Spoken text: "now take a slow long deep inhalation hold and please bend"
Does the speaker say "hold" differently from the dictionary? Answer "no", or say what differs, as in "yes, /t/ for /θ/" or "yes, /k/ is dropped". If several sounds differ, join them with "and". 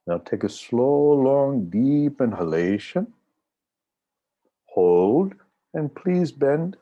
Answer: no